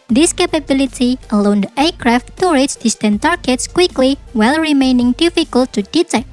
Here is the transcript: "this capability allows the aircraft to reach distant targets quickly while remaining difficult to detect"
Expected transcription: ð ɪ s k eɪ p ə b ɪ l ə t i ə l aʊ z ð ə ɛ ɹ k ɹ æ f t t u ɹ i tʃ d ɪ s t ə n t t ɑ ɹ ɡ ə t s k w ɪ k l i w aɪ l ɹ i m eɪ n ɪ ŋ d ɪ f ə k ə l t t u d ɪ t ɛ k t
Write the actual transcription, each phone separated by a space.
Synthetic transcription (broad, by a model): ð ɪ s k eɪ p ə b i l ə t i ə l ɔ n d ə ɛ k ɹ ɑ f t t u ɹ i s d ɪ s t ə n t t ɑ ɹ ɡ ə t s k w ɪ k l i w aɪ l ɹ i m eɪ n ɪ ŋ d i f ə k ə l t t u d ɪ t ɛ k